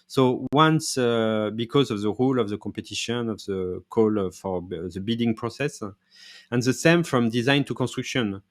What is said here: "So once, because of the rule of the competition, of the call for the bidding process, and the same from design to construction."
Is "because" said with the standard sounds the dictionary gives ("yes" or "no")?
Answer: yes